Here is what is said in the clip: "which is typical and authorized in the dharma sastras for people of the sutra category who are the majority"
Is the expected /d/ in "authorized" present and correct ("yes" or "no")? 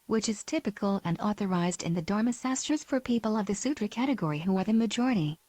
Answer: yes